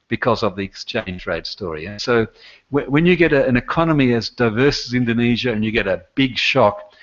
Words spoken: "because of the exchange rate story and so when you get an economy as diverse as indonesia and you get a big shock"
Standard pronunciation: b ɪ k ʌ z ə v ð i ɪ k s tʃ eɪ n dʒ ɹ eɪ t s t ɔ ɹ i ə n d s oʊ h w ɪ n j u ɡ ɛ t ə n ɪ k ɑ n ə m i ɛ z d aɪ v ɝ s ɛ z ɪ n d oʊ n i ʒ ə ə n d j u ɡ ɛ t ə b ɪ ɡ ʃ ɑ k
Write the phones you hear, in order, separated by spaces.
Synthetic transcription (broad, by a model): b ɪ k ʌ z ə v ð i ɪ k s tʃ eɪ n dʒ ɹ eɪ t s t ɔ ɹ i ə n s oʊ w w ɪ n j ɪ ɡ ɛ t ə n ɪ k ɑ n ə m i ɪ z d aɪ v ɝ s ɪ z ɪ n d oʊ n i ʒ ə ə n j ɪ ɡ ɛ t ə b ɪ ɡ ʃ ɑ k